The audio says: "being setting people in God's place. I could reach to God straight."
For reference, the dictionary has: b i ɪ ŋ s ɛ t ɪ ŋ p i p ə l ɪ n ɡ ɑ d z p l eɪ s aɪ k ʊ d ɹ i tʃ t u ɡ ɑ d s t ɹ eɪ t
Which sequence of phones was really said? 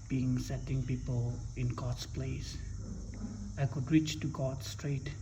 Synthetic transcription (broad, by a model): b i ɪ ŋ s ɛ t ɪ ŋ p i p ə l ɪ n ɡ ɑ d s p l eɪ s aɪ k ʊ d ɹ i tʃ t u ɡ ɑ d s t ɹ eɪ t